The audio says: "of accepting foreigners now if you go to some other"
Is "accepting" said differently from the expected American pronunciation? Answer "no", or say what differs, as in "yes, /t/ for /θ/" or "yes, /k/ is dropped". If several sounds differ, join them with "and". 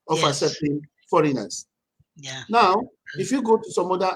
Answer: yes, /k/ is dropped